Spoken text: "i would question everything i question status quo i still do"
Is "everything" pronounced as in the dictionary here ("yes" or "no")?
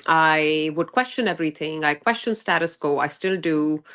no